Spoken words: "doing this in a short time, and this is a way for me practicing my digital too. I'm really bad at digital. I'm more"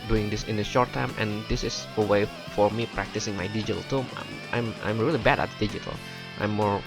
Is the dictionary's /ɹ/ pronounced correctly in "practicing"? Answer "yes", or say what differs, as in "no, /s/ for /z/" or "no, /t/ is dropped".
yes